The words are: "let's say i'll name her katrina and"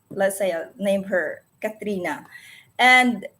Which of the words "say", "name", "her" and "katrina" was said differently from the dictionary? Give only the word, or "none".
none